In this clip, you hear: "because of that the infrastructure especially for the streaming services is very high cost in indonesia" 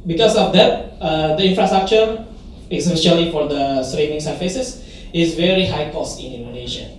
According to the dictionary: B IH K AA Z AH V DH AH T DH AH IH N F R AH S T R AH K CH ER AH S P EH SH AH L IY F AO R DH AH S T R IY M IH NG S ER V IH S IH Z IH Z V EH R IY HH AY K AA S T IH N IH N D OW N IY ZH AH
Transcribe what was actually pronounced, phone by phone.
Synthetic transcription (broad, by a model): B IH K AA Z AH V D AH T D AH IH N F R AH S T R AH K CH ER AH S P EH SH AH L IY F AO R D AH S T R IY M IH NG S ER F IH S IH S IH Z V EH R IY HH AY K AA S T IH N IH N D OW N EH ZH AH